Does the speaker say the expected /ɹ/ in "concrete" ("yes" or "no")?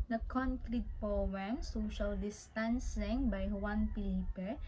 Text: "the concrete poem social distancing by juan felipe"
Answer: yes